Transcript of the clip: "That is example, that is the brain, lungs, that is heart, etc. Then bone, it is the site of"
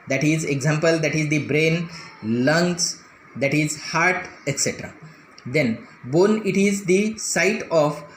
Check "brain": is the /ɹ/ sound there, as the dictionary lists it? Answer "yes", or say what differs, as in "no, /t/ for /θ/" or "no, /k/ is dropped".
yes